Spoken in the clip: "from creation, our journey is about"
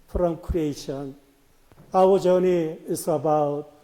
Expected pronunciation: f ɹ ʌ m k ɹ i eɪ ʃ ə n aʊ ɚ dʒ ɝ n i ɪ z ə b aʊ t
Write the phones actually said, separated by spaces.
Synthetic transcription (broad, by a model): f ɹ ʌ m k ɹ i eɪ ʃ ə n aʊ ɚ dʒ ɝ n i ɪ s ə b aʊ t